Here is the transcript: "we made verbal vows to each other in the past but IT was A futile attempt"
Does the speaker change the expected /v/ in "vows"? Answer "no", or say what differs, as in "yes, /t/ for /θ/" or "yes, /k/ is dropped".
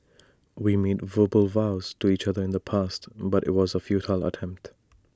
no